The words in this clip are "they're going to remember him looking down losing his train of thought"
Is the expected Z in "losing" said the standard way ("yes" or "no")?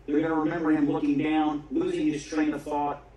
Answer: yes